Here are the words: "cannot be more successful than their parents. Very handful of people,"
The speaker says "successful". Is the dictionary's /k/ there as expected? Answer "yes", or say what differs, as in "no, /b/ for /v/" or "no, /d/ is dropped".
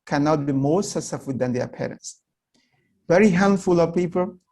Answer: no, /k/ is dropped